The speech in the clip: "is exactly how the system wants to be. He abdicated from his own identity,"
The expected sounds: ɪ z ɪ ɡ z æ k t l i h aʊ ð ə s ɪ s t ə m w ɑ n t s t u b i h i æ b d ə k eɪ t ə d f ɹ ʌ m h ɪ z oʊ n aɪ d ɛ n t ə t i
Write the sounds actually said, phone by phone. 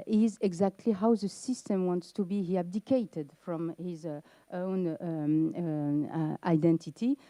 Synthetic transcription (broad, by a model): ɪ z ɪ ɡ z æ k t l i h aʊ ð ə s ɪ s t ə m w ɑ n t s t u b i h i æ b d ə k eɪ t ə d f ɹ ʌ m h ɪ z oʊ n aɪ d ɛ n t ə t i